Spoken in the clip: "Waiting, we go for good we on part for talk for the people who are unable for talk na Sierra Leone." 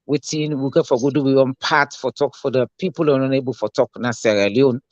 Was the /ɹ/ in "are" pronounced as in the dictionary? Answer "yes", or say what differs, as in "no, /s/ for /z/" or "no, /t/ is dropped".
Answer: no, /w/ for /ɹ/